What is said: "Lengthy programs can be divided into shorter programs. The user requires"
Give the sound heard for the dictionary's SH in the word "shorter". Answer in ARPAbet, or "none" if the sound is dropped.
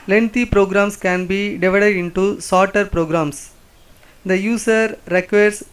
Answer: S